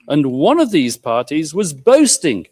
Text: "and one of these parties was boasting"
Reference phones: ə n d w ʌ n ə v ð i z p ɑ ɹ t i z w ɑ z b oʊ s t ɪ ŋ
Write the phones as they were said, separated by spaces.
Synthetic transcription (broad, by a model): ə n w ʌ n ə v ð i z p ɑ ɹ t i z w ɑ z b oʊ s t ɪ ŋ